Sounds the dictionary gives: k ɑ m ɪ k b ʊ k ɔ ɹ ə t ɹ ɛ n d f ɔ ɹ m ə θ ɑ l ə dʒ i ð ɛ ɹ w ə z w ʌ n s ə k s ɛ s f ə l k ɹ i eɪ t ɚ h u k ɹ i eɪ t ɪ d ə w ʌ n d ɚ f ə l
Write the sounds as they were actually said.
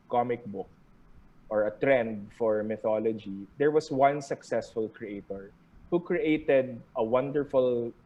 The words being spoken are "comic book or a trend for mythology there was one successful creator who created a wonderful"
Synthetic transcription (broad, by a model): k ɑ m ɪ k b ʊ k ɔ ɹ ə t ɹ ɛ n d f ɔ ɹ m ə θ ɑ l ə dʒ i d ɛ ɹ w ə s w ʌ n s ə k s ɛ s f ə l k ɹ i eɪ t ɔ h u k ɹ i eɪ t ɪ d ə w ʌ n d ɚ f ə l